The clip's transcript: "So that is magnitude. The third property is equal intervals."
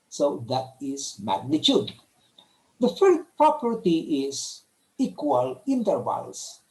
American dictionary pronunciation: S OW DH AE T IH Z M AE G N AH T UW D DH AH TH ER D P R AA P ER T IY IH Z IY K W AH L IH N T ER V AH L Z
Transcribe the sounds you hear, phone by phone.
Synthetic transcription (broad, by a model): S OW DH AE T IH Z M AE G N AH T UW D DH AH F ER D P R AA P ER T IY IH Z IY K W AH L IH N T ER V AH L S